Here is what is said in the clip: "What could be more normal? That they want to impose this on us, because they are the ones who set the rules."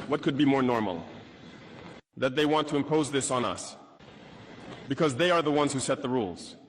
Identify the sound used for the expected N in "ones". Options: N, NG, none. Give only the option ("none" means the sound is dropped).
N